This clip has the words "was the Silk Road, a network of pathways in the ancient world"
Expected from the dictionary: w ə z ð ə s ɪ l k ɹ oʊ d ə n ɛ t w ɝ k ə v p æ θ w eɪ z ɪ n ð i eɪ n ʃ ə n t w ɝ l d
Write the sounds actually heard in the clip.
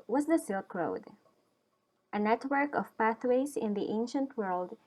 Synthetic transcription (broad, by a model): w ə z ð ə s ɪ l k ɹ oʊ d ə n ɛ t w ɝ k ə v p æ θ w eɪ z ɪ n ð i eɪ n ʃ ə n t w ɝ l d